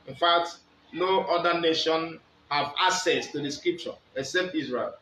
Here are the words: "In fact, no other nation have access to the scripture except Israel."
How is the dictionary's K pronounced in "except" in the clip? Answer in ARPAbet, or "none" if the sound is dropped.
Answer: K